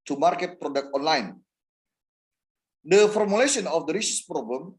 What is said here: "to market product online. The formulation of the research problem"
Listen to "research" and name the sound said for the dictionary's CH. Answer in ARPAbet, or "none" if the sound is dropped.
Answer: S